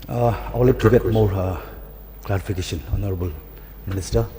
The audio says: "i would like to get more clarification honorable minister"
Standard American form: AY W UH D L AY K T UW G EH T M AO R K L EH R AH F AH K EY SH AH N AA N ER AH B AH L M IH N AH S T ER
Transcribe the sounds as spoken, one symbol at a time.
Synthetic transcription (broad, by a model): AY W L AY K T UW G EH T M AO R K L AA R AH P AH K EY S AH N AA N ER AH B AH L M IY N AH S T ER